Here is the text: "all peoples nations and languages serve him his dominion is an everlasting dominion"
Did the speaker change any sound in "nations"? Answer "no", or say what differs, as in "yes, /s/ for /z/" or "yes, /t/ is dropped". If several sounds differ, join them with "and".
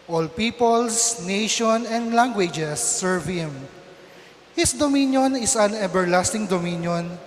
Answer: yes, /z/ is dropped